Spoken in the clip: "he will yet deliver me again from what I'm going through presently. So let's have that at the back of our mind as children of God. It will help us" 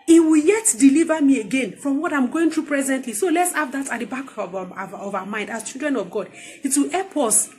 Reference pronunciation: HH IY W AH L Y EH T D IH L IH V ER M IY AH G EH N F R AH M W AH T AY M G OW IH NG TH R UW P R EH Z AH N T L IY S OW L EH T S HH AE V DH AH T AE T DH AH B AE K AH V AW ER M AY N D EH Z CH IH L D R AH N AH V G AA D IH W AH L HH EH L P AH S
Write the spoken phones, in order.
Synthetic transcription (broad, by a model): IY W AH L Y EH T D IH L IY V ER M IY AH G EH N F R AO M W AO T AY M G OW IH NG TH R UW P R EH Z AH N T L IY S OW L EH T S HH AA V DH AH T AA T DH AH B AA K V AW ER M AY N D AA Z CH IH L D R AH N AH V G AA D IH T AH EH P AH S